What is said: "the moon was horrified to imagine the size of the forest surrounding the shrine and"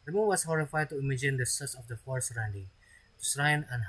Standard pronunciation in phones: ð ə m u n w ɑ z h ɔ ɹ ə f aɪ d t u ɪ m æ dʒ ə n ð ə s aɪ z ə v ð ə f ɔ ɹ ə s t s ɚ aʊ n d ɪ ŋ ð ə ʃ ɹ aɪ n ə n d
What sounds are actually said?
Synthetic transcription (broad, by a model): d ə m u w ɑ s h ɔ ɹ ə f aɪ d t u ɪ m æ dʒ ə n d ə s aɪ s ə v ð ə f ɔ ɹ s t s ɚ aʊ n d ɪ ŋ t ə s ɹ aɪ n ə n